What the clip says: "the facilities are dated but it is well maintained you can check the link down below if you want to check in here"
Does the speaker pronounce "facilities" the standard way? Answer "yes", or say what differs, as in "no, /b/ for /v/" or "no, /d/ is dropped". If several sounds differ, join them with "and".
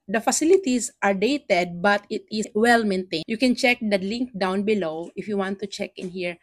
no, /s/ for /z/